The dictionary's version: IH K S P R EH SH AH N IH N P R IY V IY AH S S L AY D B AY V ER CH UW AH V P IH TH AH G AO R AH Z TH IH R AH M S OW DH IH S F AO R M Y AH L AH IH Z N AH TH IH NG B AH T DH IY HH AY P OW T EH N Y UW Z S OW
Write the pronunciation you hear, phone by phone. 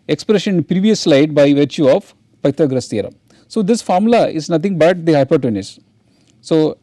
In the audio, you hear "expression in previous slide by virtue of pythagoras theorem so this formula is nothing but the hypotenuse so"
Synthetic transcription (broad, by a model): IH K S P R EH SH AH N N P R IY V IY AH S S L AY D B AY V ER CH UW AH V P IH T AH G R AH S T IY R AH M S OW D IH S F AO R M L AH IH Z N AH T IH NG B AH T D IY HH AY P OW T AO N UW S S OW